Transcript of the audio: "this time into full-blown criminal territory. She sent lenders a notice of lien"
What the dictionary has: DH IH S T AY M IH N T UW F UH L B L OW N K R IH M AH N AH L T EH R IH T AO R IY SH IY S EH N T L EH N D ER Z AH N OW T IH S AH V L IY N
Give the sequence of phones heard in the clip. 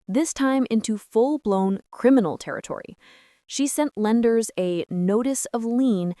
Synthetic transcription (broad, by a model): DH IH S T AY M IH N T UW F UH L B L OW N K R IH M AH N L T EH R IH T AO R IY SH IY S EH N T L EH N D ER Z AH N OW T IH S AH V L IY N